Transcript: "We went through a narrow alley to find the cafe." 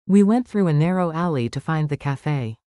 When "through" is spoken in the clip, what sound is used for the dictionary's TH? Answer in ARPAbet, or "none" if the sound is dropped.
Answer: TH